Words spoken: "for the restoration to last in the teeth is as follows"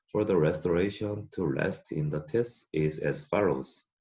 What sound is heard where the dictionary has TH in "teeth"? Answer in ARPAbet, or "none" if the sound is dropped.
S